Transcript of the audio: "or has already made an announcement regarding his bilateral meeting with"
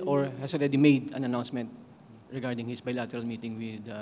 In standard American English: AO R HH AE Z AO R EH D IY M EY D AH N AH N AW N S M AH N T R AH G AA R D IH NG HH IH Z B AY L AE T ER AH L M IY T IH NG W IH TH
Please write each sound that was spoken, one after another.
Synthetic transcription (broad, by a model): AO R HH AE S AO R EH D IY M EY D AH N AH N AW N S M AH N T R AH G AA R D IH NG HH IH S B AY L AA T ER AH L M IY T IH NG W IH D